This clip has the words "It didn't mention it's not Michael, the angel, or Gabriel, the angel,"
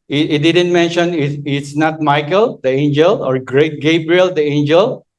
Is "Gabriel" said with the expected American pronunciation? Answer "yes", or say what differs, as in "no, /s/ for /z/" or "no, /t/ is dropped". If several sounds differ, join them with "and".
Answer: yes